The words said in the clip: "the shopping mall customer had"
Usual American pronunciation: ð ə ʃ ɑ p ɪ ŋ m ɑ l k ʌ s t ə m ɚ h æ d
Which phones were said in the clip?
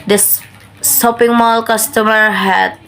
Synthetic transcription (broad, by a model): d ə s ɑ p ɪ ŋ m ɑ l k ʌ s t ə m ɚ h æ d